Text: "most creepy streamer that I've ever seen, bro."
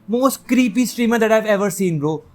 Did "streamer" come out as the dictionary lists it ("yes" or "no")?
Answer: yes